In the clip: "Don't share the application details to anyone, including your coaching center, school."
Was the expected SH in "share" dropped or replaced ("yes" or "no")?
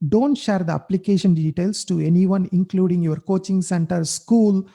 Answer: no